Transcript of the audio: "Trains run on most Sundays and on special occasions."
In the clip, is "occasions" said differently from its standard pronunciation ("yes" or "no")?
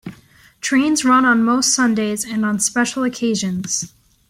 no